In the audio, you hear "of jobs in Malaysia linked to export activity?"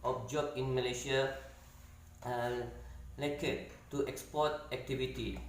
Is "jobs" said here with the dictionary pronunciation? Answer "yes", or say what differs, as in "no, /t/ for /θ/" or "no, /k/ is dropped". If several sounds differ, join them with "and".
no, /z/ is dropped